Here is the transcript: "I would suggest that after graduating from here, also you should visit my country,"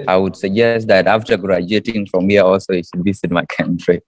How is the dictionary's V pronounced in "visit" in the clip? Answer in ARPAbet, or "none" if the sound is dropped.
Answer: B